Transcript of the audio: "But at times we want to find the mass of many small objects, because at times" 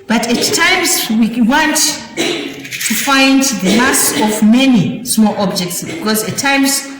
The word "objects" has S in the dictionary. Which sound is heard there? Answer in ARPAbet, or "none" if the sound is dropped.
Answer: S